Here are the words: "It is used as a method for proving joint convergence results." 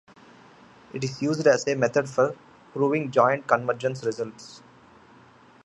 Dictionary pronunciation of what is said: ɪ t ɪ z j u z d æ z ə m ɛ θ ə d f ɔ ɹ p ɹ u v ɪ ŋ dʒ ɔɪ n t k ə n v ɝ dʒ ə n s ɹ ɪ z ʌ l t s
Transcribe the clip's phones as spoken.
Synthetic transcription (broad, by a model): ɪ t ɪ z j u z d æ z ə m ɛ t ə d f ɔ ɹ p ɹ u v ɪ ŋ dʒ ɔɪ n t k ə n v ɝ dʒ ə n s ɹ ɪ z ʌ l t s